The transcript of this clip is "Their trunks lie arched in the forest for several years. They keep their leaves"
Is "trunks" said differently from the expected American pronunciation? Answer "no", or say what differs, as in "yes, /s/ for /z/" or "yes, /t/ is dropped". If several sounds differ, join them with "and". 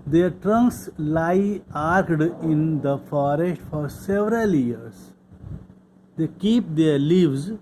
no